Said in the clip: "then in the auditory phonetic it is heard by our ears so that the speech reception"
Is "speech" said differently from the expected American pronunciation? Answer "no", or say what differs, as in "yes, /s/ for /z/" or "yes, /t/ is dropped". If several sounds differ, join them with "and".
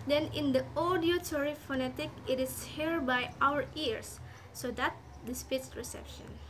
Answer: yes, /s/ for /tʃ/